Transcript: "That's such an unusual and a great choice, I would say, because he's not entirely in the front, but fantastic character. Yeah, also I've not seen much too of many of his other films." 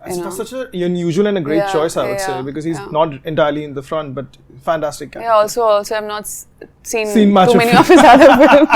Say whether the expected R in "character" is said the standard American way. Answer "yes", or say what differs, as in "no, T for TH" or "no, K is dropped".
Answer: no, R is dropped